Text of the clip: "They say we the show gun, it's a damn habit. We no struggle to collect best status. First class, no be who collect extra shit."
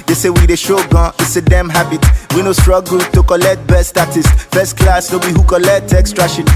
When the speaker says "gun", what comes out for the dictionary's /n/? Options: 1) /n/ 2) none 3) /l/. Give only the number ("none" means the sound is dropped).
2